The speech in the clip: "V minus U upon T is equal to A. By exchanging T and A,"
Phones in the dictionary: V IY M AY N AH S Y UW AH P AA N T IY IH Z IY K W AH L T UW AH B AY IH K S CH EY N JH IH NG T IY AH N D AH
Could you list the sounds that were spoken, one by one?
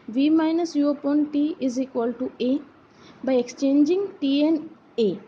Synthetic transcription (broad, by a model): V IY M AY N AH S Y UW AH P AA N T IY IH Z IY K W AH L T UW AH B AY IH K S CH EY N JH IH NG T IY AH N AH